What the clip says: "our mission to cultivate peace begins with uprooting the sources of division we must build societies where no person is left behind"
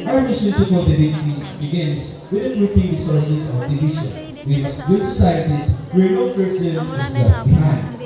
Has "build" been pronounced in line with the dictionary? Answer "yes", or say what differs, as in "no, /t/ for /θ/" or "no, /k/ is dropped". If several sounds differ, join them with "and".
no, /l/ is dropped